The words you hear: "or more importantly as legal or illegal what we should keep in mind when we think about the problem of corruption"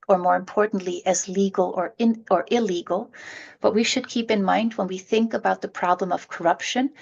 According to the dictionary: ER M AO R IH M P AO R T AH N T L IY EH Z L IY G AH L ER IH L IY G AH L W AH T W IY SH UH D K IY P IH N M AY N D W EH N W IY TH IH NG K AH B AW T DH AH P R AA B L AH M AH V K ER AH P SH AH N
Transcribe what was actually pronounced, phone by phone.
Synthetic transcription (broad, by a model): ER M AO R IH M P AO R T N T L IY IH Z L IY G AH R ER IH L IY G L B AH T W IY SH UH D K IY P IH N M AY N D W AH N W IY TH IH NG K AH B AW T DH AH P R AA B L AH M AH V K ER AH P SH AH N